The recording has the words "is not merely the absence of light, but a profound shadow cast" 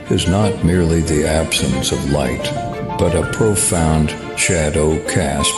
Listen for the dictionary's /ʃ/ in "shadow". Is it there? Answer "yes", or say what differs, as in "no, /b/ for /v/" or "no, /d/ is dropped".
yes